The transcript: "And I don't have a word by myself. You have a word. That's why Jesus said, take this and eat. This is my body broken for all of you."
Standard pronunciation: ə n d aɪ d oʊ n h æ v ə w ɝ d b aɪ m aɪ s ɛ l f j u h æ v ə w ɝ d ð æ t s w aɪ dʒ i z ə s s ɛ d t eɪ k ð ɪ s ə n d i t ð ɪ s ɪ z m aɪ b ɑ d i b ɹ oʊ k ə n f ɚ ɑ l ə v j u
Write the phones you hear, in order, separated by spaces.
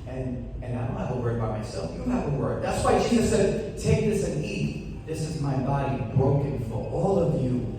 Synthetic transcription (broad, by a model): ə n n aɪ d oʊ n h æ v ə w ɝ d b aɪ m aɪ s ɛ l f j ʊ h æ v ə w ɝ d ð æ t s w aɪ dʒ i z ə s s ɛ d t eɪ k ð ɪ s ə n i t ð ɪ s ɪ z m aɪ b ɑ d i b ɹ oʊ k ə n f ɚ ɑ l ə v j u